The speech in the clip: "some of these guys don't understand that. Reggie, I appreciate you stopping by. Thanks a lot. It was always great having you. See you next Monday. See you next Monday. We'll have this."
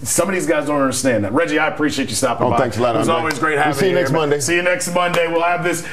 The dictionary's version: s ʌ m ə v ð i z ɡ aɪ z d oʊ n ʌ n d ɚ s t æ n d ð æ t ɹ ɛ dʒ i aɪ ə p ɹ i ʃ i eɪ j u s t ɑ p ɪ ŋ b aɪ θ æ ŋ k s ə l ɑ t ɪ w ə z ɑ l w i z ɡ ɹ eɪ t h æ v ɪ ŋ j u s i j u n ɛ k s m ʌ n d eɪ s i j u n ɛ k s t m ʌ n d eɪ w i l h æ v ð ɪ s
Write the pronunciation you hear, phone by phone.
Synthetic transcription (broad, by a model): s ʌ m ə v ð i z ɡ aɪ z d oʊ n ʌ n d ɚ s t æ n ð æ t ɹ ɛ dʒ i aɪ ə p ɹ i ʃ i eɪ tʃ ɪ s t ɑ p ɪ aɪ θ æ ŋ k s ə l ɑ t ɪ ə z ɑ l w i z ɡ ɹ eɪ t h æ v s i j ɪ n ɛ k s m ʌ n d eɪ s i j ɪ n ɛ k s t m ʌ n d eɪ w i l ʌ v ð ɪ s